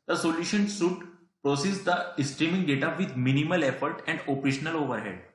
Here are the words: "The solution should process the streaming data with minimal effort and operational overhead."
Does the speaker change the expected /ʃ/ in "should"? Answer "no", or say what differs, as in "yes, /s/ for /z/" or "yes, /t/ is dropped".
yes, /s/ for /ʃ/